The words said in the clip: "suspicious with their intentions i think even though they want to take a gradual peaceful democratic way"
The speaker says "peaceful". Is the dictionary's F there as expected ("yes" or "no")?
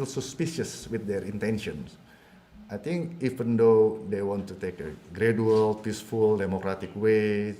yes